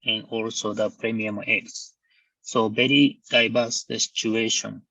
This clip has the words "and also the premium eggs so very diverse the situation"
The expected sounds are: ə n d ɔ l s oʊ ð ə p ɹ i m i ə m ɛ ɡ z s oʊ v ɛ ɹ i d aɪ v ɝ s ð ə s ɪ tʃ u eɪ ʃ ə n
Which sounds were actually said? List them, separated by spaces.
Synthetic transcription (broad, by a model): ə n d ɔ l s oʊ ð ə p ɹ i m i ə m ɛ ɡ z s oʊ b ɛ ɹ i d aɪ b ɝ s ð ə s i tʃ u eɪ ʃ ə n